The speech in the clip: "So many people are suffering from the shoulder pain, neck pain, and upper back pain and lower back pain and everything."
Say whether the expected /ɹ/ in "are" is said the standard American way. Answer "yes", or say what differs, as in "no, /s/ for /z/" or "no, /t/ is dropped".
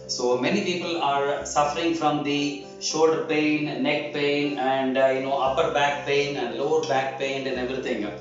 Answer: yes